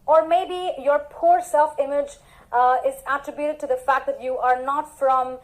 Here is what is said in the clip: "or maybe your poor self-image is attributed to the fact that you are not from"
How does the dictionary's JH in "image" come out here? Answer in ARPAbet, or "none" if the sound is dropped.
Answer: JH